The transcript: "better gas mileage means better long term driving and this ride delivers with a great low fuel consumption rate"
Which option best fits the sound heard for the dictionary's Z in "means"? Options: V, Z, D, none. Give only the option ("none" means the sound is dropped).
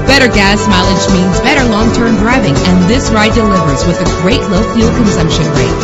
Z